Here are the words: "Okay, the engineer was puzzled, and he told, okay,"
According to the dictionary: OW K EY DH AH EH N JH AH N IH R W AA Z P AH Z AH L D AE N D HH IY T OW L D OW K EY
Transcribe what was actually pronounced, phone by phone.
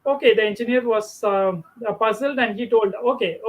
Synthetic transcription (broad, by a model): OW K EY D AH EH N JH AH N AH R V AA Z P AH Z AH L D AE N D HH IY T OW L D OW K EY